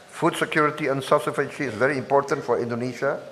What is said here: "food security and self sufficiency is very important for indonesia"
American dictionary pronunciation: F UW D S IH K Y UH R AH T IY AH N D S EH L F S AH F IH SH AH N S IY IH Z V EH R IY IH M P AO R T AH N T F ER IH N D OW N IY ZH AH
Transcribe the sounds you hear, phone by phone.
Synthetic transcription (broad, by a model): F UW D S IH K Y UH R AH T IY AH N S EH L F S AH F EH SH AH S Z V EH R IY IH M P AO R T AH N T F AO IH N D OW N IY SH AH